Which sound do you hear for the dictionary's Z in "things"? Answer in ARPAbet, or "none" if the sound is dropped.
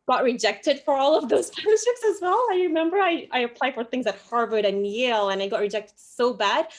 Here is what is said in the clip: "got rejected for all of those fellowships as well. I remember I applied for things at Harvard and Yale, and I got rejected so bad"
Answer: Z